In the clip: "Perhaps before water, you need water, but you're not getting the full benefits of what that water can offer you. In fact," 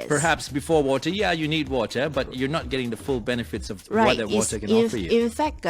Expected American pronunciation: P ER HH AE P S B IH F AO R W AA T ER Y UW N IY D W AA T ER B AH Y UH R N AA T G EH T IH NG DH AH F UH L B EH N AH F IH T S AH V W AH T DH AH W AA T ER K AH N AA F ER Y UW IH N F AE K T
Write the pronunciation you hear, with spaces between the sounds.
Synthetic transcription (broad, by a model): P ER HH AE P S B IH F AO R W AA T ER Y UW N IY D W AA T ER B AH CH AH R N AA T G EH T IH NG DH AH F UH L B EH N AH F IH T S AH V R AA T DH AH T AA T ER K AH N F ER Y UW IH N F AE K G